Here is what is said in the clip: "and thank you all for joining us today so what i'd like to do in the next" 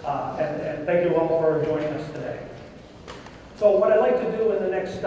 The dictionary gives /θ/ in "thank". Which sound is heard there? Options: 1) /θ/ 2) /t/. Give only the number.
1